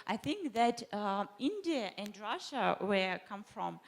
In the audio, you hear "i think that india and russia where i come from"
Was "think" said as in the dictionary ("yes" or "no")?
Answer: yes